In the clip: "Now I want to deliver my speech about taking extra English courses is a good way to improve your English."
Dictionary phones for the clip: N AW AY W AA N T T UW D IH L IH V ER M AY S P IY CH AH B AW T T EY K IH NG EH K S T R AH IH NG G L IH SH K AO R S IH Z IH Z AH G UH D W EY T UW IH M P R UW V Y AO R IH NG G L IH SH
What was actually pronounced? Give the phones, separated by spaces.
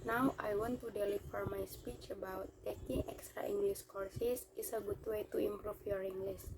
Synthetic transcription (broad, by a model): N AW AY W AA N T T UW D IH L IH F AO M AY S P IY CH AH B AW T T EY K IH NG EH K S T R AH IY NG G L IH S K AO R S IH S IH S AH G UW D W EY T UW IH M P R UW F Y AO R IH NG G L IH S